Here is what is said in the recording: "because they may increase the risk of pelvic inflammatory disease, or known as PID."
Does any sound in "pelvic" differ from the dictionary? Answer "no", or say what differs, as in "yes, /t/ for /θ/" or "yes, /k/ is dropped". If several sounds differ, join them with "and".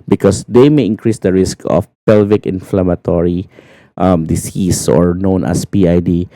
no